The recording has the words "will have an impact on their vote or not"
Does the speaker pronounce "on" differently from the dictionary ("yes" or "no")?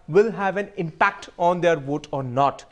no